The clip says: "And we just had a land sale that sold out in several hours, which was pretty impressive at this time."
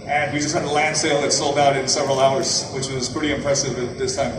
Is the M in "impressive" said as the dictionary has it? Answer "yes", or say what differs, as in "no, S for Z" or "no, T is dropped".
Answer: yes